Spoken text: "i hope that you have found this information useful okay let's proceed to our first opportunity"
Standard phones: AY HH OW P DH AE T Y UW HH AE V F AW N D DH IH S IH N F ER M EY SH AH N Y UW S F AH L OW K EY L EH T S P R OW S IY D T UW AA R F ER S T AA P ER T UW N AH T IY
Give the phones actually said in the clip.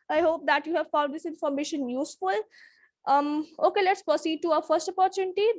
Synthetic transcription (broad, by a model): AY HH OW P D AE T Y UW HH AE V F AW L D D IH S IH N F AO M EY SH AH N Y UW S F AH L OW K EY L EH T S P R OW S IY D T UW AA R F ER S T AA P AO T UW N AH T IY